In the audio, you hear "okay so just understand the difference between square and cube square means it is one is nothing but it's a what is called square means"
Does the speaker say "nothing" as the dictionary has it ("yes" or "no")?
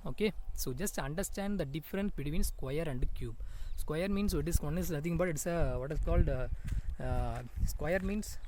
no